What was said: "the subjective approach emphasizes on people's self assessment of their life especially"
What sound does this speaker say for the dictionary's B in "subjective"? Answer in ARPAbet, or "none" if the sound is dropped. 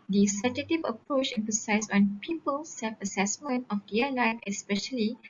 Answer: none